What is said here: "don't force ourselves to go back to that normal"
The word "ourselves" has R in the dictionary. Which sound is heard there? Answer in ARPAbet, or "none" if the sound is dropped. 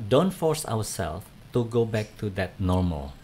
W